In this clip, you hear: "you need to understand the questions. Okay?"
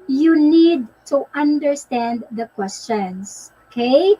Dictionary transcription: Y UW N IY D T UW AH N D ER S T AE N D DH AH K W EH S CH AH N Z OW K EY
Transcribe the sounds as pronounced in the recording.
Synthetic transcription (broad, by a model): Y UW N IY D T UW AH N D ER S T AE N D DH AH K W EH S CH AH N S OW K EY